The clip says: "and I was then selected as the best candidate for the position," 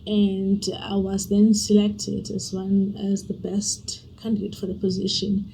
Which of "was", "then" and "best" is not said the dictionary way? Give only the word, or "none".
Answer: none